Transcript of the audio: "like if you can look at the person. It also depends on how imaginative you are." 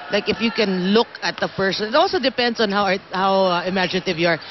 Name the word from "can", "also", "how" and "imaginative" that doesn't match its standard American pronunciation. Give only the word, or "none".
none